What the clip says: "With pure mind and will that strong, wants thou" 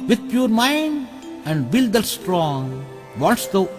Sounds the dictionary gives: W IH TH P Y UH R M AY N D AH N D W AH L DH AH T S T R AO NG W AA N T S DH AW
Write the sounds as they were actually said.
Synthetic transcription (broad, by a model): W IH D P Y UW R M AY N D AH N D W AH L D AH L S T R AO NG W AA T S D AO